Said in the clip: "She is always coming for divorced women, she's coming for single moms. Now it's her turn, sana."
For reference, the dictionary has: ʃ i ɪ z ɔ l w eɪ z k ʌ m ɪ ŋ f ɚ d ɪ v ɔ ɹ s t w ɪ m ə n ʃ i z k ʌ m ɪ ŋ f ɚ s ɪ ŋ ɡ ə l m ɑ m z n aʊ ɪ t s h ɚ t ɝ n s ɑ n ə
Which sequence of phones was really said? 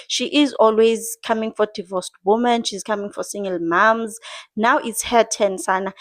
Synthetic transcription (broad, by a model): ʃ i ɪ z ɔ l w eɪ z k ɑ m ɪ ŋ f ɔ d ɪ v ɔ s t w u m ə n ʃ i z k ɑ m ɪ ŋ f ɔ s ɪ ŋ ɡ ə l m ɑ m z n aʊ ɪ t s h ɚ t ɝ n s ɑ n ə